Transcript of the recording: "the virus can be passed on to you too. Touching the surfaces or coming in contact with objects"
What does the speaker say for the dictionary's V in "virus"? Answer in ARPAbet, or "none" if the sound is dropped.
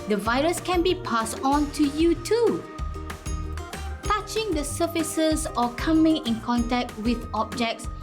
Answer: V